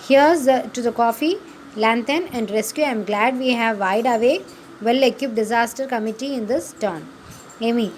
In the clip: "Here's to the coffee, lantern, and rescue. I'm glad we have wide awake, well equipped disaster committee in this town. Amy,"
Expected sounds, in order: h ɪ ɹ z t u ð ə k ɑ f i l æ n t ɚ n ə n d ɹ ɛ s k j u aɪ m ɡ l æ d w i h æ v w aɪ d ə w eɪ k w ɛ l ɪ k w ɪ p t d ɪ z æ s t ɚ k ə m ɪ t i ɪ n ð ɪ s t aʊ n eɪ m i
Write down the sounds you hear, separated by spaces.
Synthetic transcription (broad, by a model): h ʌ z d t u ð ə k ɑ f i l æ n t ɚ n ə n d ɹ ɛ s k j u aɪ m ɡ l æ d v i h æ v aɪ d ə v eɪ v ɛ l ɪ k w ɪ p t d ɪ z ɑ s t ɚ k ə m ɪ t i ɪ n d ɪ s t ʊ n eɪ m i